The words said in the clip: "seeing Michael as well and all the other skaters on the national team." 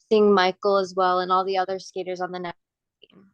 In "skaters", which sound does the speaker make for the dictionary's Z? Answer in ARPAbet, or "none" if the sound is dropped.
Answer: Z